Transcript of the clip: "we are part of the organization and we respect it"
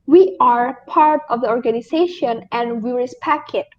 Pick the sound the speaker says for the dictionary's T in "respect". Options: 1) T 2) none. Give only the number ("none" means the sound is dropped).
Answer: 2